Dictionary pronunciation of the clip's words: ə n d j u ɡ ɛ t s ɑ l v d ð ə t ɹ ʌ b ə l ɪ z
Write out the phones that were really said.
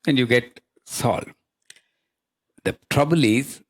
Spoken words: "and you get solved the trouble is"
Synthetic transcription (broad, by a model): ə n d j u ɡ ɛ t s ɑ l d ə t ɹ ʌ b ə l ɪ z